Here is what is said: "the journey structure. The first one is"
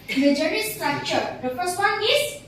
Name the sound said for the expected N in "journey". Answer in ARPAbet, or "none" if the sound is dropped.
none